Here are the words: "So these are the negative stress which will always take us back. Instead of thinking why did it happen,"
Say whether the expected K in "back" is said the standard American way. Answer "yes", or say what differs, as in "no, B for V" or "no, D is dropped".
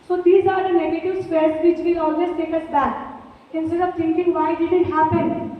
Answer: no, K is dropped